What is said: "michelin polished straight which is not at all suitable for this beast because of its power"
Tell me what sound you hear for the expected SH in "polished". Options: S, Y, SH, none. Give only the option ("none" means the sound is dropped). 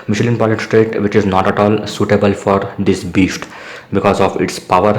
none